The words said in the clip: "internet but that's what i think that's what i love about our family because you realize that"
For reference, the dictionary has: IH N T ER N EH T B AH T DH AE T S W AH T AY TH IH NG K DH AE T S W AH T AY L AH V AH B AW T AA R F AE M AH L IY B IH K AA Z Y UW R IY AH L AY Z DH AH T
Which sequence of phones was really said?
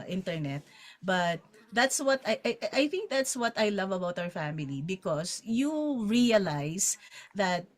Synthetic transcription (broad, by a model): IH N T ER N EH T B AH T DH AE T S W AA T AY TH IH NG K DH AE T S W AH T AY L AH V AH B AW T AA R F AE M AH L IY B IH K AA S Y UW R IY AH L AY S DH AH T